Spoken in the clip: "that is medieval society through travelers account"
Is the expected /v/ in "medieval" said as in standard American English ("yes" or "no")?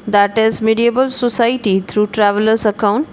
no